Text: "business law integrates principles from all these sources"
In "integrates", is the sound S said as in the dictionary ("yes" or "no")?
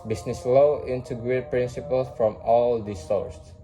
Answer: no